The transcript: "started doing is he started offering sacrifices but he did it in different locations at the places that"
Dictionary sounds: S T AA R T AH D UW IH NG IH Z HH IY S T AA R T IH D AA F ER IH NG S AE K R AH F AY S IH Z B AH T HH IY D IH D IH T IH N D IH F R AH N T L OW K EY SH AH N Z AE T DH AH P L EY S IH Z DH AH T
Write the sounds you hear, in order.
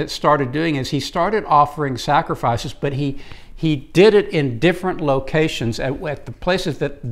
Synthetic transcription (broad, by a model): S T AA R T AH D UW IH NG IH Z HH IY S T AA R T IH D AA F ER IH NG S AE K R AH F AY S IH Z B AH T HH IY D IH D IH T IH N D IH F R AH N T L OW K EY SH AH N Z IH T DH AH P L EY S IH Z DH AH T